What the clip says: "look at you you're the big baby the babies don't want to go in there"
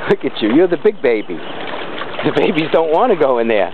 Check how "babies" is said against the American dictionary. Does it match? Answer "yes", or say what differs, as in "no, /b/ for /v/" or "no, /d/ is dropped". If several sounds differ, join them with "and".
yes